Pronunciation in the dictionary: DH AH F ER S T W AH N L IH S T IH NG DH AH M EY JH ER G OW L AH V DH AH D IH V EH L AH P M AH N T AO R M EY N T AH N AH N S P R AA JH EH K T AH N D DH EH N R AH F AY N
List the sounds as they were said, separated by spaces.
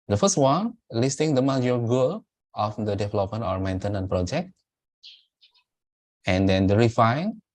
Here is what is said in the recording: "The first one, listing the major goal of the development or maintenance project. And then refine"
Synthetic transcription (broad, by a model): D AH F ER S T W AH N L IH S T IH NG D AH M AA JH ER G OW L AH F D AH D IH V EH L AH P M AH N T AO R M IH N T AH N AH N P R AA JH EH K T AH N D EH N R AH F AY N